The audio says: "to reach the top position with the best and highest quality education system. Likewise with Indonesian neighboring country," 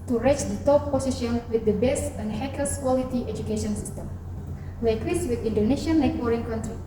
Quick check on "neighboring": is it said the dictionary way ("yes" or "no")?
no